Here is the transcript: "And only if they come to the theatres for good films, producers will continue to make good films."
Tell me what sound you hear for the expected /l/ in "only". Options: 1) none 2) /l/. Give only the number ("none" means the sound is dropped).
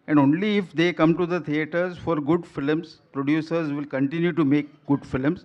2